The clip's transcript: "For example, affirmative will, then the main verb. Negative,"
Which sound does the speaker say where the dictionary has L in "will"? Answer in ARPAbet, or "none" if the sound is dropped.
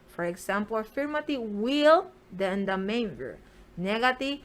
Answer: L